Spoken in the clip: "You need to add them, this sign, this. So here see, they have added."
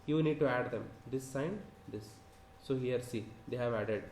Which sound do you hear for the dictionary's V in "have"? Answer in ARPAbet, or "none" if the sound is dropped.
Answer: V